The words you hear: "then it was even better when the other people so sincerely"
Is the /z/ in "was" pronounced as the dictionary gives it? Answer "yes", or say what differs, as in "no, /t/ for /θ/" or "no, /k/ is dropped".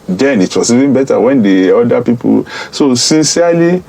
no, /s/ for /z/